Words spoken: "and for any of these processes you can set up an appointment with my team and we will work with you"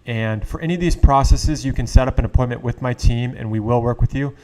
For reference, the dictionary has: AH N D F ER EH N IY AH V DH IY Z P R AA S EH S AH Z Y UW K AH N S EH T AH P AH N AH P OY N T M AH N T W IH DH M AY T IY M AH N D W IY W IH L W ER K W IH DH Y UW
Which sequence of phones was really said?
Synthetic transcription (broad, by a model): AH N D F ER EH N IY AH V DH IY Z P R AA S EH S AH Z Y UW K AH N S EH T AH P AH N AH P OY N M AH N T W IH DH M AY T IY M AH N W IY W IH L W ER K W IH DH Y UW